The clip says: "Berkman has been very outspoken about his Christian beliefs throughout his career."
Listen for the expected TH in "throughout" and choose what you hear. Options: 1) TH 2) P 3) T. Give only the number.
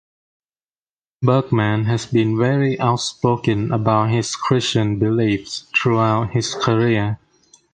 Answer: 3